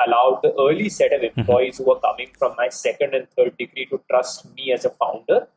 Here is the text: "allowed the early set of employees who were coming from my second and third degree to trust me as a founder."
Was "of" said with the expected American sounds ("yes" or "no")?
yes